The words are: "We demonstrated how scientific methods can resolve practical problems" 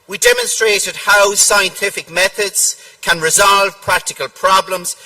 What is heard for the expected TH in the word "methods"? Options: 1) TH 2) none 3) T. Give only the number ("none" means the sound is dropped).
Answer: 1